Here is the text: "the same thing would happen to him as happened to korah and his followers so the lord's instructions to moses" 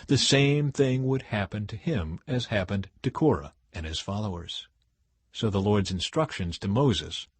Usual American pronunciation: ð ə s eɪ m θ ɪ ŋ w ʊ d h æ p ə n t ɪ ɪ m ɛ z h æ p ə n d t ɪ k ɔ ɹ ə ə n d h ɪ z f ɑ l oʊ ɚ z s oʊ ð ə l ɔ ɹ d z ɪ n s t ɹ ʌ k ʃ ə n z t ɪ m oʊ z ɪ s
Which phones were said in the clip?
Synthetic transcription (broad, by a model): ð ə s eɪ m θ ɪ ŋ w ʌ d h æ p ə n t ɪ ɪ m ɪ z h æ p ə n t ɪ k ɔ ɹ ə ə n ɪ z f ɑ l oʊ ɚ z s oʊ ð ə l ɔ ɹ d z ɪ n s t ɹ ʌ k ʃ ə n z t ɪ m oʊ z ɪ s